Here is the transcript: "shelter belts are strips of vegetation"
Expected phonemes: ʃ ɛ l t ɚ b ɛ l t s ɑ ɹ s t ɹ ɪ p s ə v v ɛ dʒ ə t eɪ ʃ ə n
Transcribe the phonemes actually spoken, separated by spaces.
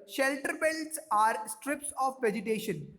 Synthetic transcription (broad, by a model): ʃ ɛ l t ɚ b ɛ l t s ɑ ɹ s t ɹ ɪ p s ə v v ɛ dʒ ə t eɪ ʃ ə n